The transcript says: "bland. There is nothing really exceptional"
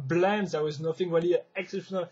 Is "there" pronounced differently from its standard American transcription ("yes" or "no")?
yes